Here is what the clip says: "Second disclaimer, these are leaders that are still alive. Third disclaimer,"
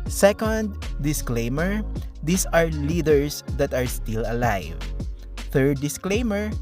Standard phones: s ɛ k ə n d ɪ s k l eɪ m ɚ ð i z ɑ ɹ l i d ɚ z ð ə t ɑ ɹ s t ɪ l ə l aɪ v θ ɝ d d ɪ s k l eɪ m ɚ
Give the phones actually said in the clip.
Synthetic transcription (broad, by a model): s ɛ k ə n d ɪ s k l eɪ m ɚ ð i s ɑ ɹ l i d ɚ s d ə t ɑ ɹ s t ɪ l ə l aɪ v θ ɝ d d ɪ s k l eɪ m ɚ